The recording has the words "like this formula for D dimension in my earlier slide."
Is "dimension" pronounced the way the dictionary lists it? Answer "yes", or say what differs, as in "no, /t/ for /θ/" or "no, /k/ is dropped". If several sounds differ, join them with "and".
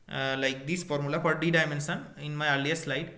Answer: no, /s/ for /ʃ/